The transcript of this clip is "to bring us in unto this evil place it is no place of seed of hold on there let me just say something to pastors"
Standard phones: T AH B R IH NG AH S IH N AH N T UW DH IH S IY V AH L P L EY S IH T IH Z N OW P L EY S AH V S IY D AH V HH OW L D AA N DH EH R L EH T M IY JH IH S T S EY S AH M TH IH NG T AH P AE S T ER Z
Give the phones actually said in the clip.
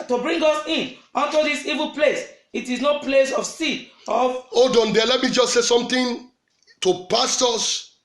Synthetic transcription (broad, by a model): T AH B R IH NG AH S IH N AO N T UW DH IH S IY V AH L P L EY S IH T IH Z N OW P L EY S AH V S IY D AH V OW D AA N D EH L EH T M IY JH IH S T S EY S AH M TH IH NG T AH P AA S T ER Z